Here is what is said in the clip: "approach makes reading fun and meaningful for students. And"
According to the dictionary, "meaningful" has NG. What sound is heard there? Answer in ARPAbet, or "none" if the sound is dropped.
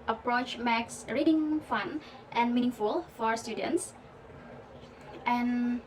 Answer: NG